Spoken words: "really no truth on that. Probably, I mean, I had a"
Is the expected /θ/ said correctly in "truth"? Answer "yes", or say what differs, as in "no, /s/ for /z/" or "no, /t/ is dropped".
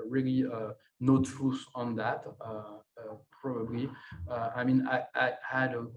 no, /s/ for /θ/